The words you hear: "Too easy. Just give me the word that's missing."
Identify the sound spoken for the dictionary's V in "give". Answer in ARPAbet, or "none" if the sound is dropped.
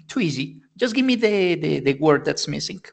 V